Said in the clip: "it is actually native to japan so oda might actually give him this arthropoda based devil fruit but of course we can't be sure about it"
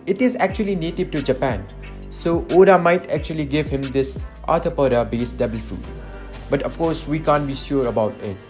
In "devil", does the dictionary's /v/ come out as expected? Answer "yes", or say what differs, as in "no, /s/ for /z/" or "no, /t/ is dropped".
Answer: no, /b/ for /v/